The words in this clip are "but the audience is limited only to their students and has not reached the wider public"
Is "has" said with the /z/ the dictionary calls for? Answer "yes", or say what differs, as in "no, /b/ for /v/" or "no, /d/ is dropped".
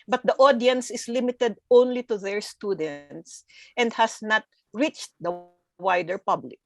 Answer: no, /s/ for /z/